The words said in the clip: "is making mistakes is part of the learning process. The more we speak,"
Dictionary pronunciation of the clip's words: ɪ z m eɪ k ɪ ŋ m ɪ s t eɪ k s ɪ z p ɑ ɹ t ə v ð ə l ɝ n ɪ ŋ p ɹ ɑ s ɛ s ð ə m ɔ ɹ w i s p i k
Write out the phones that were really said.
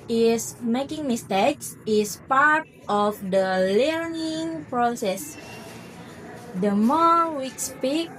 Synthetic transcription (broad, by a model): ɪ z m eɪ k ɪ ŋ m ɪ s t eɪ k s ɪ s p ɑ ɹ t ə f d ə l ɝ n ɪ ŋ p ɹ ɑ s ɛ s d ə m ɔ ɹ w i s p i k